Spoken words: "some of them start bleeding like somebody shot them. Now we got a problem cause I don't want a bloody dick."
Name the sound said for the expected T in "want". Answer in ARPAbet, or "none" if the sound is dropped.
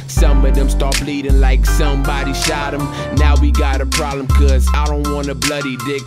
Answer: none